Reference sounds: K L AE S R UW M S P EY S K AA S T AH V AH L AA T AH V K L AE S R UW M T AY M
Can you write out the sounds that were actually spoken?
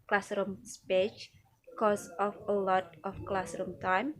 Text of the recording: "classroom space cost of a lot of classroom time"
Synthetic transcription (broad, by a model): K L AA S R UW M S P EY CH K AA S AH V AH L AA T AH F K L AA S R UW M T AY M